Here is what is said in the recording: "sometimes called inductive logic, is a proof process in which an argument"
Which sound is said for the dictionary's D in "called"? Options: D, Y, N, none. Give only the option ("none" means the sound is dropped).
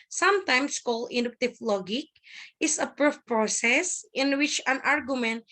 none